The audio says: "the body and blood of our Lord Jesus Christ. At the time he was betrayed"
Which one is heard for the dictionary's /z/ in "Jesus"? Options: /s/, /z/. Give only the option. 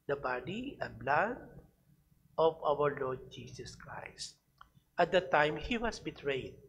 /s/